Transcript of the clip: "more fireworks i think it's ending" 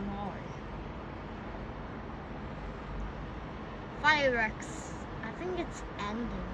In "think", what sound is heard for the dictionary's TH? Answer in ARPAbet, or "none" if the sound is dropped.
TH